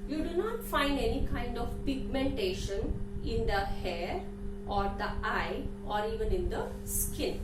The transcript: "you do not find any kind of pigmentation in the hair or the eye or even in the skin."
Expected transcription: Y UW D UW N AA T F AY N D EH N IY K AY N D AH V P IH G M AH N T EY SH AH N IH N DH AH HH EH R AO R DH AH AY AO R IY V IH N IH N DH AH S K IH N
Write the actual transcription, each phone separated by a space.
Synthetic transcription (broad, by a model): Y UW D UW N AA T F AY N D EH N IY K AY N D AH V P IH G M AH N T EY SH AH N IH N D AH HH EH R AO R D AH AY AO R IY V IH N IH N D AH S K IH N